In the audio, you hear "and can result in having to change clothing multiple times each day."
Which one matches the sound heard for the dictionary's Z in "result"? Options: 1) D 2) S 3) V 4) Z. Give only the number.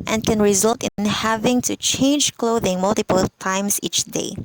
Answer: 4